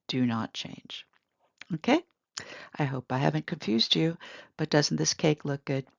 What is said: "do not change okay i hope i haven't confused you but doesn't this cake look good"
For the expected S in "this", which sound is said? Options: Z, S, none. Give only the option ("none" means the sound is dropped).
S